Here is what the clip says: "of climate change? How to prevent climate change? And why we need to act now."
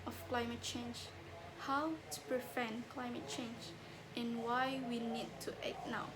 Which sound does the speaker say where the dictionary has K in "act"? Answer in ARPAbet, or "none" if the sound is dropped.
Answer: none